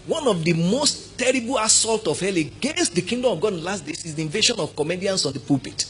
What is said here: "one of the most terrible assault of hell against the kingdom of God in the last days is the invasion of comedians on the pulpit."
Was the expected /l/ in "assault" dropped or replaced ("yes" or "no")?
no